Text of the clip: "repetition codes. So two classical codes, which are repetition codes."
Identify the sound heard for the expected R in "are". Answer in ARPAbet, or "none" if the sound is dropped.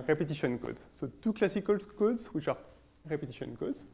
R